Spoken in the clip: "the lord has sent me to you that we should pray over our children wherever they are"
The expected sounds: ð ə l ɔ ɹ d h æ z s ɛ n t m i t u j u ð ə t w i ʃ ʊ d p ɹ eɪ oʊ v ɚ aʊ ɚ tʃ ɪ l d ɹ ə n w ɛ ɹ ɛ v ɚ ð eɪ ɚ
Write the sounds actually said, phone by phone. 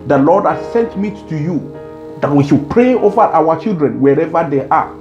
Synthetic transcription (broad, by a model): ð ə l ɔ d h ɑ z s ɛ n t m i t u j u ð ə t w i ʃ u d p ɹ eɪ oʊ v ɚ aʊ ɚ tʃ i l d ɹ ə n w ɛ ɹ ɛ v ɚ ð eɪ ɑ